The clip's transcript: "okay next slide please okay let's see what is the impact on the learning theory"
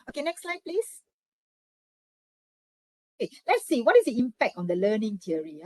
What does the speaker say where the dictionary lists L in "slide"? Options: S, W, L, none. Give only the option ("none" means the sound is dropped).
L